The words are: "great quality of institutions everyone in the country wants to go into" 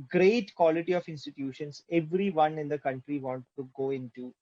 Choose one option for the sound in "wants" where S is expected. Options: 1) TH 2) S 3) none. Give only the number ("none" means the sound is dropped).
3